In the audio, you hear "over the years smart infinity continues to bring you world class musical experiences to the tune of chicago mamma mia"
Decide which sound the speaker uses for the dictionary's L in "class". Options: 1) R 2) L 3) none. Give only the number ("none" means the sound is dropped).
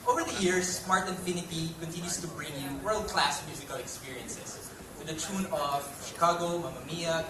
2